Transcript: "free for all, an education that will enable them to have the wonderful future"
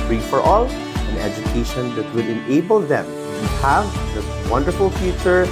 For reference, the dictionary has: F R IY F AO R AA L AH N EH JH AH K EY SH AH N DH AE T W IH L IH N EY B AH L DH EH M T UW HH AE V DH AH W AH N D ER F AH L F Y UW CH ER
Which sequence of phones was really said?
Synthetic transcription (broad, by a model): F R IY F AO R AA L AH N EH JH AH K EY SH AH N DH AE T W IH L IH N EY B AH L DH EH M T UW HH AE V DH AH W AH N D ER F AH L F Y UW CH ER